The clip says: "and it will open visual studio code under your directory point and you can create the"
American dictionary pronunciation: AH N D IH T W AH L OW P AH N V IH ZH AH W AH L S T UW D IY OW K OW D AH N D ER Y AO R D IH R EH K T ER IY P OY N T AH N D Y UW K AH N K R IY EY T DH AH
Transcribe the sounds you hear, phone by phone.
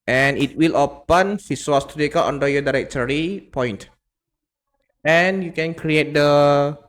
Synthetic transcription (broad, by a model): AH N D IH T W AH L OW P AH N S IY S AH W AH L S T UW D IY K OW AO N D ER Y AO D IH R EH K T ER IY P OY N T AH N Y UW K AH N K R IY EY T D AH